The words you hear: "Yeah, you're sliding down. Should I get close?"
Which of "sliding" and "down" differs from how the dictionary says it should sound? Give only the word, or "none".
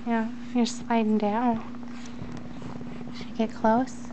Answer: none